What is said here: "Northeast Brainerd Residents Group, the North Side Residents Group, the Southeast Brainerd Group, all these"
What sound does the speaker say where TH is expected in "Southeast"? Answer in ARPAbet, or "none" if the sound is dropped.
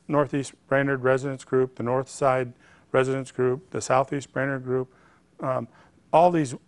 TH